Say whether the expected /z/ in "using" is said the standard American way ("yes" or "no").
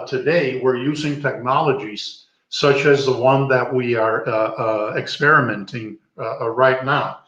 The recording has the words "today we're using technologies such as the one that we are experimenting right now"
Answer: yes